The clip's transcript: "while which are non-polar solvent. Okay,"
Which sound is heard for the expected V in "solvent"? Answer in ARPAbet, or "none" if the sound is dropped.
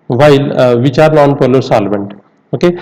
B